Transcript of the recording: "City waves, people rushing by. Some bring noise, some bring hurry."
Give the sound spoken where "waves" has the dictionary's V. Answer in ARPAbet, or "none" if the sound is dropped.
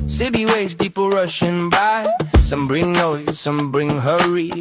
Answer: none